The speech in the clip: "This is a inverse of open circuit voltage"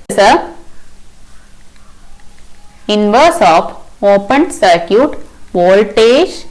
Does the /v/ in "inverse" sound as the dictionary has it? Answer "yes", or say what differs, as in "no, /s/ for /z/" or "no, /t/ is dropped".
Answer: yes